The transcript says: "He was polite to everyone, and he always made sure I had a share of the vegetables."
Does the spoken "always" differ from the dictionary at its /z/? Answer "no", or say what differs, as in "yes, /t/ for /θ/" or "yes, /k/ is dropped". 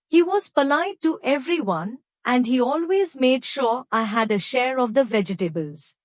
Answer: no